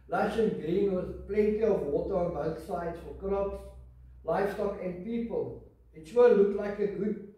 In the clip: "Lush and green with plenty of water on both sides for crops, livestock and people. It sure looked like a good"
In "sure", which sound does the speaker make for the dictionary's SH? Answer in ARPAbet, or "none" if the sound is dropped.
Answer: S